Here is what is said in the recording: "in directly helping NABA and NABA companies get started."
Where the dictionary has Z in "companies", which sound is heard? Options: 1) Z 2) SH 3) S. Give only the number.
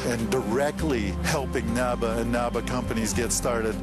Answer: 1